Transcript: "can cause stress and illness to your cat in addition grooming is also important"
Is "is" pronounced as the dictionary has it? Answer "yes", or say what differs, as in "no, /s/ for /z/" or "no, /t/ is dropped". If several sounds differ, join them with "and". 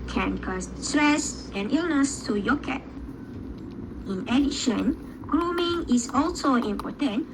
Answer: no, /s/ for /z/